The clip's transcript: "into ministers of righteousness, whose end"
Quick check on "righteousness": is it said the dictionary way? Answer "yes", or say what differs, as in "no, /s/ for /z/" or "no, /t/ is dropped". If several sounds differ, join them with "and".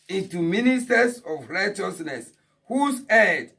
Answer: yes